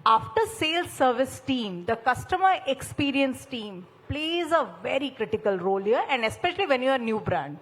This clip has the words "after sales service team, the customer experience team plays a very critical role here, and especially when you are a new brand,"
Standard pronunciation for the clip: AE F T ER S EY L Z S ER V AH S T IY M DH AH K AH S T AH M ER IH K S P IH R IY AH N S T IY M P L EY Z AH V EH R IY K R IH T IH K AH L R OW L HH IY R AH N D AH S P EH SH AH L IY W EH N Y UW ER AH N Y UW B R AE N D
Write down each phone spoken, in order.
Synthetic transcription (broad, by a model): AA F T ER S EY L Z S ER V AH S T IY M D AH K AH S T AH M ER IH K S P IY R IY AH N S T IY M P L EY Z AH V EH R IY K R IH T IH K AH L R OW L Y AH R AH N D AH S P EH SH AH L IY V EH N Y UW ER N Y UW B R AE N D